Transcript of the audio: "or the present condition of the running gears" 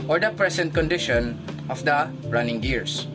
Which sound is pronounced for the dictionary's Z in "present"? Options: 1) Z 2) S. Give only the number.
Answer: 2